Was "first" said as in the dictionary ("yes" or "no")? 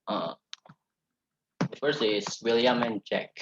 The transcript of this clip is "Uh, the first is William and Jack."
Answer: no